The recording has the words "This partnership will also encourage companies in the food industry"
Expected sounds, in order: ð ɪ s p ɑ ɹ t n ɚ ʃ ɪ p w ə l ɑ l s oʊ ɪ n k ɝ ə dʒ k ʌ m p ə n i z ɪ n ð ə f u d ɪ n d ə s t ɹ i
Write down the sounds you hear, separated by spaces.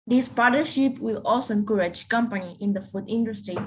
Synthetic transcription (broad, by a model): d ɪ s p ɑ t n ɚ ʃ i p w ə l ɑ l s oʊ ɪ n k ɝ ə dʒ k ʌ m p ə n i ɪ n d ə f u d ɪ n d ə s t ɹ i